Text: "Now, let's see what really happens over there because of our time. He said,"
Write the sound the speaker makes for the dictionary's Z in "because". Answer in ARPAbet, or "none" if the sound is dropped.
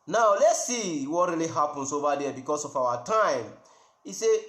S